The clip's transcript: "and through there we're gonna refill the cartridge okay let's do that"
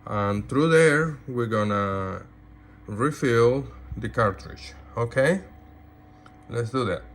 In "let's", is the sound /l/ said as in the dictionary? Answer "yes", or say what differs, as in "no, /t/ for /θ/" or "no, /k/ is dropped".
yes